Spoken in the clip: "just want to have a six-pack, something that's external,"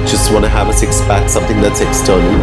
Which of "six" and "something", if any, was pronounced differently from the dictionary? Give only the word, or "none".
none